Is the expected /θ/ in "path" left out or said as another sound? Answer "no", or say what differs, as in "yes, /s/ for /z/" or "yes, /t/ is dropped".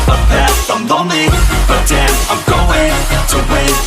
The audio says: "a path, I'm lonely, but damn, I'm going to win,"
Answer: yes, /s/ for /θ/